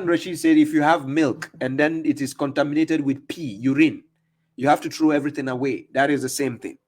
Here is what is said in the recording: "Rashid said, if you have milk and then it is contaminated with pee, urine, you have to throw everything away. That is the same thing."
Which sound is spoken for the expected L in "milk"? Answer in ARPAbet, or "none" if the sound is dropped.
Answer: L